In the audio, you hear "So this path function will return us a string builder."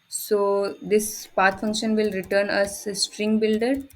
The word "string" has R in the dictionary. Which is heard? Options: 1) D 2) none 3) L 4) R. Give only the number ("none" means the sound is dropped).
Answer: 4